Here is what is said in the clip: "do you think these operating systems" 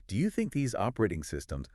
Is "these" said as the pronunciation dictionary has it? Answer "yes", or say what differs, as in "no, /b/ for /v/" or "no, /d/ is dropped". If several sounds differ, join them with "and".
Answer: yes